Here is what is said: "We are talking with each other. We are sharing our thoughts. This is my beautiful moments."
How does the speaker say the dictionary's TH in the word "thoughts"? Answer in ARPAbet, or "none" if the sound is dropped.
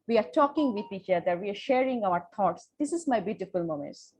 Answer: T